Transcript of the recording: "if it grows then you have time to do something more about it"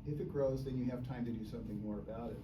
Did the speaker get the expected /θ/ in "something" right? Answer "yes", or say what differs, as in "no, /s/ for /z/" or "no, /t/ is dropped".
yes